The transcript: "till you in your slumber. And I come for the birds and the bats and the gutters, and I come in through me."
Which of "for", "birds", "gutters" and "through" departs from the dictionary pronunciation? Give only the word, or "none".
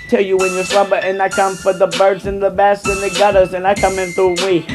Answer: none